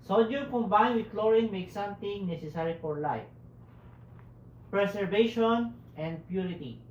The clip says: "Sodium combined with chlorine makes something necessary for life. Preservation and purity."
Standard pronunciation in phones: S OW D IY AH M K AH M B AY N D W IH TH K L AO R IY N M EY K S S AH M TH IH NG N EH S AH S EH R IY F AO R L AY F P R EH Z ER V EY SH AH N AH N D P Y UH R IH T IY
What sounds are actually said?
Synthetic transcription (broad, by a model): S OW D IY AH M K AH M B AY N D W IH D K L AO R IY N M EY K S S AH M T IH NG N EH S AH S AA R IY F AO R L AY F P R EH S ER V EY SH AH N AH N D P Y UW R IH T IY